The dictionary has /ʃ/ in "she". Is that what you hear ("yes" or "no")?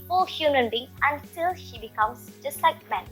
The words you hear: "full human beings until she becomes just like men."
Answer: yes